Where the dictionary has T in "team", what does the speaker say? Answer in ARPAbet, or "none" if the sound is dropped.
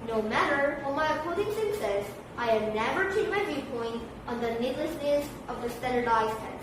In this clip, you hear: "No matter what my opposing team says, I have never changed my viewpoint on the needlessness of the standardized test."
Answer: S